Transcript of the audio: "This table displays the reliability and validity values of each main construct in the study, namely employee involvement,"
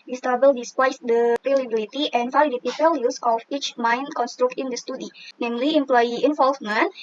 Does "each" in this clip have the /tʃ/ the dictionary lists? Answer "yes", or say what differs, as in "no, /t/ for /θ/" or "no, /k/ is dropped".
yes